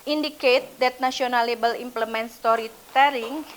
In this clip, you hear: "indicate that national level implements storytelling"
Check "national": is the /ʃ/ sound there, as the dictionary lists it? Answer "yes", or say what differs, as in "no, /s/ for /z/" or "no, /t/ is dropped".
no, /s/ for /ʃ/